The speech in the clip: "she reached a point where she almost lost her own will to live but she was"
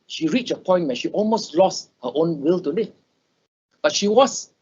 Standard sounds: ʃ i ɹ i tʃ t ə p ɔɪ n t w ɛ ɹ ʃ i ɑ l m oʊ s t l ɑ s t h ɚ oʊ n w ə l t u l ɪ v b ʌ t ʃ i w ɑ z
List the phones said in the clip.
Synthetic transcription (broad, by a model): ʃ i ɹ i tʃ ə p ɔɪ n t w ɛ ʃ i ɑ l m oʊ s t l ɑ s t h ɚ oʊ n w ə l t u l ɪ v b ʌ t ʃ i w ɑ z